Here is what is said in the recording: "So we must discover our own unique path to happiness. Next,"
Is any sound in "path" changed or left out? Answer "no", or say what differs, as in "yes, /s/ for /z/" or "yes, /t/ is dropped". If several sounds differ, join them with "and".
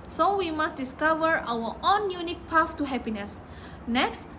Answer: yes, /f/ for /θ/